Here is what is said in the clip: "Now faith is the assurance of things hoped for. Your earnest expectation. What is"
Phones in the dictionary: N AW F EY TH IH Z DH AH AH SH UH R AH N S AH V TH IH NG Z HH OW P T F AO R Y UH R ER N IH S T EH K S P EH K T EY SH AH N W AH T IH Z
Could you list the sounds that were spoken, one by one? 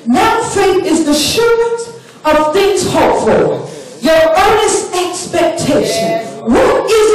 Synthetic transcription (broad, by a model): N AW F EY IH Z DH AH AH SH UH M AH N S AH V TH IH NG Z HH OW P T F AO L Y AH R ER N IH S T EH K S P EH K T EY SH AH N W AH T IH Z